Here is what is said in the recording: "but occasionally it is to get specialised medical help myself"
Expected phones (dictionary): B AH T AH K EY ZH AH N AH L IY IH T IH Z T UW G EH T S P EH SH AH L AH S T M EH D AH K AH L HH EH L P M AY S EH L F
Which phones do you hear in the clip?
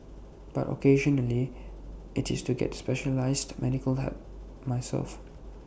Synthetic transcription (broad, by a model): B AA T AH K EY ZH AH N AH L IY IH T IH S T UW G EH T S P EH SH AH L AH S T M EH D AH K AH L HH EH P M AY S EH L F